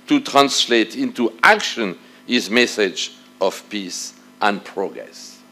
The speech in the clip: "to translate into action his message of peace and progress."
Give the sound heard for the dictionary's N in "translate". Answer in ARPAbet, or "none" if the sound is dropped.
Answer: N